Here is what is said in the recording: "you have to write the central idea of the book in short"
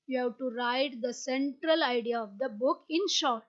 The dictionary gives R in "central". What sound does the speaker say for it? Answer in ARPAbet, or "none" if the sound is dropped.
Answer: R